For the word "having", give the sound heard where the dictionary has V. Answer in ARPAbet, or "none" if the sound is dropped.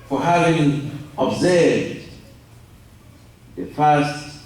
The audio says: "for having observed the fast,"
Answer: V